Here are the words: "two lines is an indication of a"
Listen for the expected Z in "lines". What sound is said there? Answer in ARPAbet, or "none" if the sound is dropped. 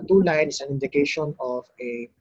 none